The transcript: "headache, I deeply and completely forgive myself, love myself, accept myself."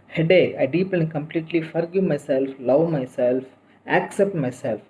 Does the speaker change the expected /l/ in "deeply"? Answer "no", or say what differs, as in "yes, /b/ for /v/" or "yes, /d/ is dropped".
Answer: yes, /l/ is dropped